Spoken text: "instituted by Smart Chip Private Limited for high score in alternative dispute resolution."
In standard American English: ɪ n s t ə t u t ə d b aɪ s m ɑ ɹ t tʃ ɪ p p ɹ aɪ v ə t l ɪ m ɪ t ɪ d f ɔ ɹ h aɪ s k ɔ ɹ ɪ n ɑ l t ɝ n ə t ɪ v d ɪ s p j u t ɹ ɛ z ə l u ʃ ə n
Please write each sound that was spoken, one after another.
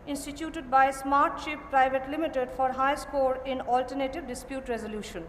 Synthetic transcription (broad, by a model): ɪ n s t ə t u t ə d b aɪ s m ɑ ɹ t ʃ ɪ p p ɹ aɪ v ə t l ɪ m ɪ t ɪ d f ɔ ɹ h aɪ s k ɔ ɹ ɪ n ɑ l t ɝ n ə t ɪ v d ɪ s p j u t ɹ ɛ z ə l u ʃ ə n